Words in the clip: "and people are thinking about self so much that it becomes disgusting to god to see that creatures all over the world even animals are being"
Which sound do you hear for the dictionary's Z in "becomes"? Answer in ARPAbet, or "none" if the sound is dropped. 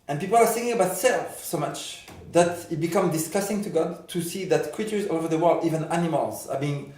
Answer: none